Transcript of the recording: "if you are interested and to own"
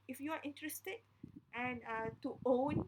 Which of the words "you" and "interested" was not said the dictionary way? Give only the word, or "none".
none